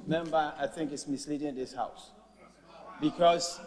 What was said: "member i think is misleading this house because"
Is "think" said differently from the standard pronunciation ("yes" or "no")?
no